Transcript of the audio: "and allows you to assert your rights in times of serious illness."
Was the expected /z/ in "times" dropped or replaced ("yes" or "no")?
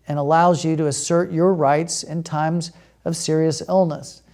no